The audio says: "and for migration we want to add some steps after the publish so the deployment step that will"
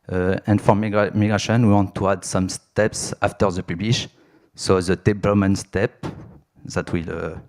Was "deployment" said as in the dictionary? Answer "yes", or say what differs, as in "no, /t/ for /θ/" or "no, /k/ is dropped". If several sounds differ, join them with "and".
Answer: no, /b/ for /p/